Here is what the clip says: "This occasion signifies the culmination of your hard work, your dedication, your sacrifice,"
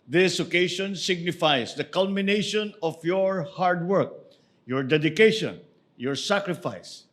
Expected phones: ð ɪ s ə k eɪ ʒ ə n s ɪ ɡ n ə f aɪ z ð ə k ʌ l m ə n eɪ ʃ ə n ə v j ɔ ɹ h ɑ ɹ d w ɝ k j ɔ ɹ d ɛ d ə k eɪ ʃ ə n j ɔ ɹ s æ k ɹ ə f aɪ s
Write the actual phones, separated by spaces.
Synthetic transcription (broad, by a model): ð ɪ s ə k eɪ ʃ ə n s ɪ ɡ n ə f aɪ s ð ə k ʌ l m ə n eɪ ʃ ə n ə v j ɔ ɹ h ɑ ɹ d w ɝ k j ɔ ɹ d ɛ d ə k eɪ ʃ ə n j ɔ ɹ s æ k ɹ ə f aɪ s